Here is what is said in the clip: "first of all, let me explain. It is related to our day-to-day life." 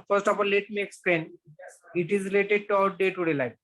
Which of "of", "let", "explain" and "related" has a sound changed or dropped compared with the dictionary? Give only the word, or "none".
of